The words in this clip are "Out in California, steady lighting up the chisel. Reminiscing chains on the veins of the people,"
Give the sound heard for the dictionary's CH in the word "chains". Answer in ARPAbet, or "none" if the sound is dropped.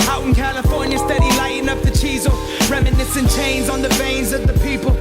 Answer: CH